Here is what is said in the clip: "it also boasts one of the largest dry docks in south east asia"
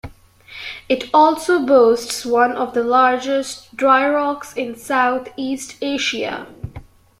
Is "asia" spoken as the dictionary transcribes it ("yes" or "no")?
no